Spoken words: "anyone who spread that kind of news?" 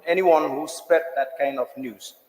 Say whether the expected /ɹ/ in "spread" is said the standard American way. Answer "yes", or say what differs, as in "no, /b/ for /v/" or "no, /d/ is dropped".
no, /ɹ/ is dropped